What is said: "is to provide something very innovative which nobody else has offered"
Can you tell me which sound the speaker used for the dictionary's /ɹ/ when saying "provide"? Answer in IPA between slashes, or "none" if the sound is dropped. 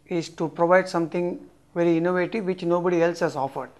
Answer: /ɹ/